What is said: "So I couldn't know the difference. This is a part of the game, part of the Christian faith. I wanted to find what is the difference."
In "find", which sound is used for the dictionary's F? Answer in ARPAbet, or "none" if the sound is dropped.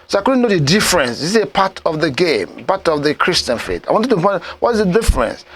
P